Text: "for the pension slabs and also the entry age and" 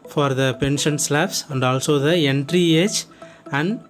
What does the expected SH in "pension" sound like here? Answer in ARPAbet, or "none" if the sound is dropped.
SH